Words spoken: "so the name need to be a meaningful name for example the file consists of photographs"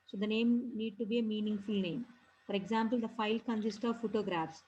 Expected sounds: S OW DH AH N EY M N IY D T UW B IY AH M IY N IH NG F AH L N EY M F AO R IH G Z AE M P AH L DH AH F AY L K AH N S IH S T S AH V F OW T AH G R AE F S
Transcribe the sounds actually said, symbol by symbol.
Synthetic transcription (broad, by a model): S OW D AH N EY M N IY D T UW B IY AH M IY N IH NG F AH L N EY M F AO R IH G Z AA M P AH L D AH F AY L K AH N S IH S T S AH V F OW T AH G R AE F S